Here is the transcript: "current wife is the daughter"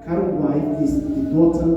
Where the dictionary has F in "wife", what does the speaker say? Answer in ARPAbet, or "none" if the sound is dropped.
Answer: none